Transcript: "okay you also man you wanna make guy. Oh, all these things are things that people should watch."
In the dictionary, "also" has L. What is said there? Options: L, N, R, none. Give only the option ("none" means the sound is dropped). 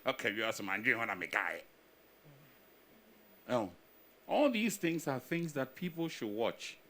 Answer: none